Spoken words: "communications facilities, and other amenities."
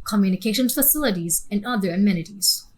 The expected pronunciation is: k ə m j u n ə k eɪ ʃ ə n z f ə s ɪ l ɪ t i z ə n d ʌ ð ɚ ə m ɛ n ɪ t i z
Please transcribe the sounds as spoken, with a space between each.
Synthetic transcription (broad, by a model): k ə m j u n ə k eɪ ʃ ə n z f ə s ɪ l ɪ t i z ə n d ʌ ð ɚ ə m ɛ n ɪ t i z